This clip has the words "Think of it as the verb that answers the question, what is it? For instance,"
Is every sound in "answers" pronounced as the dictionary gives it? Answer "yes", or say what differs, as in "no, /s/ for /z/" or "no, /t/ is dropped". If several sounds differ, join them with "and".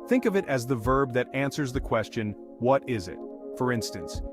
yes